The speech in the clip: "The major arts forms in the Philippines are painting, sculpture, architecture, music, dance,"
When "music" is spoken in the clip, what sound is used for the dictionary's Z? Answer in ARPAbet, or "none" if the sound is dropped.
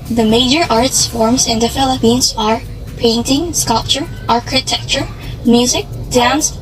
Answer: Z